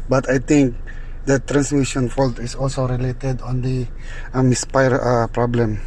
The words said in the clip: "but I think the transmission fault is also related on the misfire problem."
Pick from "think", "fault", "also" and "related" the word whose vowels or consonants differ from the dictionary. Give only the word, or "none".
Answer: think